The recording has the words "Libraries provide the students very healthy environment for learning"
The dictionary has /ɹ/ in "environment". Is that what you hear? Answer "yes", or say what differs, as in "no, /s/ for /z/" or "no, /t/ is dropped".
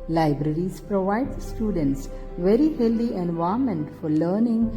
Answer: no, /ɹ/ is dropped